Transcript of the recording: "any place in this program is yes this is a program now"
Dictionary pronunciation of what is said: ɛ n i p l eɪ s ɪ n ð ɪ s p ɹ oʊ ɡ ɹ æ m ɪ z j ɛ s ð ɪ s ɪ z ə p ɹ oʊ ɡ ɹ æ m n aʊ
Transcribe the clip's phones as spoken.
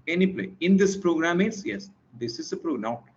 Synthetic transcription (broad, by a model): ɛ n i p l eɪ ɪ n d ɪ s p ɹ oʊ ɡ ɹ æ m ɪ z j ɛ s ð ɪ s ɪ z ə p ɹ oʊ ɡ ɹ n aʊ